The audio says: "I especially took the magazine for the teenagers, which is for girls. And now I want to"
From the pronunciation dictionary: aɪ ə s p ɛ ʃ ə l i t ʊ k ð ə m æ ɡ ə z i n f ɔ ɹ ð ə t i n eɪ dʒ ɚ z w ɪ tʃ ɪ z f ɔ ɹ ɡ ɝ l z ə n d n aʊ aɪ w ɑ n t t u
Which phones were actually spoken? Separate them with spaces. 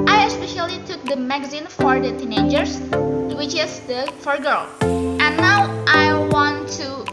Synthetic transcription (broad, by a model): aɪ ə s p ɛ ʃ ə l i t ʊ k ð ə m æ ɡ ə z i n f ɔ ɹ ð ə t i n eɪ dʒ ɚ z w ɪ tʃ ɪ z f ɔ ɹ ɡ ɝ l ə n n aʊ aɪ w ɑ n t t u